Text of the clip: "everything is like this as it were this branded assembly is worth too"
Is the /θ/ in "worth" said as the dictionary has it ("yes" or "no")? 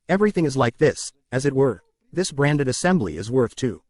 yes